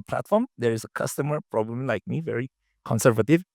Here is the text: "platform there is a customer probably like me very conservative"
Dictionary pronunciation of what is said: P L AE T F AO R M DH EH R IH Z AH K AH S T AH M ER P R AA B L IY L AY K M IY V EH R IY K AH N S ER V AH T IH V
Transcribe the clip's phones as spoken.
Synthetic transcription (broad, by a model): P L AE T F AO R M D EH R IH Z AH K AH S T AH M ER P R AA B L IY L AY K M IY V EH R IY K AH N S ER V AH T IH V